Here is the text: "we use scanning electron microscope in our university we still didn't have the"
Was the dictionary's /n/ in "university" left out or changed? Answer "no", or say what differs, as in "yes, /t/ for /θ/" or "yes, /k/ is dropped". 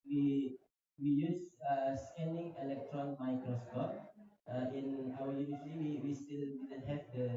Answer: yes, /l/ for /n/